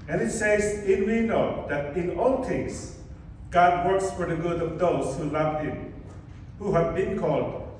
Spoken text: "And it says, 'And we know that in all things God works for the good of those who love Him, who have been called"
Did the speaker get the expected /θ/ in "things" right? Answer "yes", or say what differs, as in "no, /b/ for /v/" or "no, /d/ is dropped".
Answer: no, /t/ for /θ/